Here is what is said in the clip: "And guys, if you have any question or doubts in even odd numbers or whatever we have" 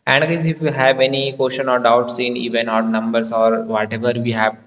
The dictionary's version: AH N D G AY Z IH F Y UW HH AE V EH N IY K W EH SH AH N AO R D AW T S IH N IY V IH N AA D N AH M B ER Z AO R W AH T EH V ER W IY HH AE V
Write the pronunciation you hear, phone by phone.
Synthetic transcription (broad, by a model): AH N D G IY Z IH F Y UW HH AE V EH N IY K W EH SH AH N AO R D AW T S IH N IY V IH N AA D N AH M B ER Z AO R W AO T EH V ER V IY HH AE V